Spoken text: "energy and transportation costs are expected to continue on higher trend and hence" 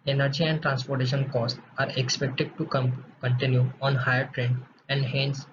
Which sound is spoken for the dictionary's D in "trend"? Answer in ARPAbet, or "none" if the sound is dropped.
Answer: none